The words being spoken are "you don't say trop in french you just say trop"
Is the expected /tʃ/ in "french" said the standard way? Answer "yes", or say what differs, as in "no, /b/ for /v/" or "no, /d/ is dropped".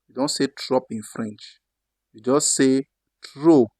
yes